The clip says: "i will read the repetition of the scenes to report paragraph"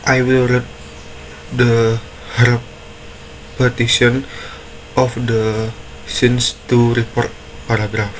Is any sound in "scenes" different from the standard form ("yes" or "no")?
yes